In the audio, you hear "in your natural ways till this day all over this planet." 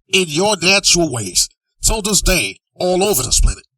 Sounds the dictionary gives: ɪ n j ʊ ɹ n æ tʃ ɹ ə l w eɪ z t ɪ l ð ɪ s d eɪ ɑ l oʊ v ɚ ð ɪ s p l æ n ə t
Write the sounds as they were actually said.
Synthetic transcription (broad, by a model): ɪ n j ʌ ɹ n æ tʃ ə l w eɪ z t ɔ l ð ɪ s d eɪ ɑ l oʊ v ɚ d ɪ s p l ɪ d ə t